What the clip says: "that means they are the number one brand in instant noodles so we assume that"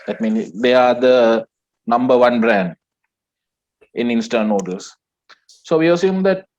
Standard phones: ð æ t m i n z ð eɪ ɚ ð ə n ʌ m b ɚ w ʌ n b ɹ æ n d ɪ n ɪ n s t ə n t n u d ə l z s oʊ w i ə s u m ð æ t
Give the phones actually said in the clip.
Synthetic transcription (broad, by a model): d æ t m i n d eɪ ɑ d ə n ʌ m b ɚ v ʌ n b ɹ æ n d ɪ n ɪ n s t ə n n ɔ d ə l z s oʊ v i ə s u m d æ t